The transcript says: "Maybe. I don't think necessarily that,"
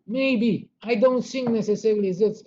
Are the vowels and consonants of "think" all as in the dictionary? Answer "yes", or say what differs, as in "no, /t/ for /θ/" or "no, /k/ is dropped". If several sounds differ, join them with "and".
no, /s/ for /θ/